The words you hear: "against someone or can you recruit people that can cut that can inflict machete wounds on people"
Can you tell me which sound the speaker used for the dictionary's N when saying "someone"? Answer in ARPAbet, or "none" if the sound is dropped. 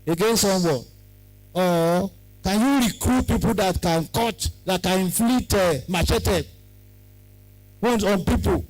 none